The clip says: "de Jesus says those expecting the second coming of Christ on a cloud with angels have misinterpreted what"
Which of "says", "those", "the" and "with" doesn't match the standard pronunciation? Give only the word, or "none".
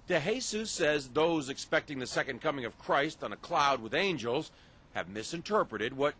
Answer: none